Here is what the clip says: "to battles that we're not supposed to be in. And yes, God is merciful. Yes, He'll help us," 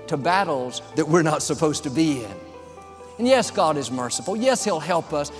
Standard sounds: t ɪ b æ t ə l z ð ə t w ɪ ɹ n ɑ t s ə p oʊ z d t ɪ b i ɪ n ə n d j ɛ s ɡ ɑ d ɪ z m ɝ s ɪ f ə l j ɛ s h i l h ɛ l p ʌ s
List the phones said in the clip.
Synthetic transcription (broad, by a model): t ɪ b æ t l z ð ə t w ɪ ɹ n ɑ t s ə p oʊ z t ɪ b i ɪ n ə n j ɛ s ɡ ɑ d ɪ z m ɝ s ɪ f l j ɛ s h i l h ɛ l p ʌ s